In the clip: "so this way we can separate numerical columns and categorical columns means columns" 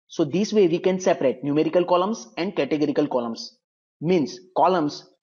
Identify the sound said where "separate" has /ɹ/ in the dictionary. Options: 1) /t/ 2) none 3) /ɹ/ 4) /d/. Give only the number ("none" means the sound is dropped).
3